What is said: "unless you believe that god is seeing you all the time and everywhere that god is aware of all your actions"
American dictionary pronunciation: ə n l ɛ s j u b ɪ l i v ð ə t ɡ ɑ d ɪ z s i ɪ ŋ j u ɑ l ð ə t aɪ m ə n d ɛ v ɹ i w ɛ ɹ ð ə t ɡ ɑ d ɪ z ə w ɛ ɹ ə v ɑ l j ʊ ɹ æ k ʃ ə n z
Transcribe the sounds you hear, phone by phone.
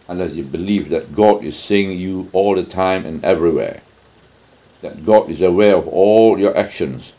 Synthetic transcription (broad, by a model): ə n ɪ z j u b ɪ l i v ð ə t ɡ ɑ d ɪ z s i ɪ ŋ j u ɑ l ð ə t aɪ m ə n ɛ v ɹ i w ɛ ɹ ð ə t ɡ ɑ d ɪ z ə w ɛ ɹ ə v ɑ l j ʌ ɹ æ k ʃ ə n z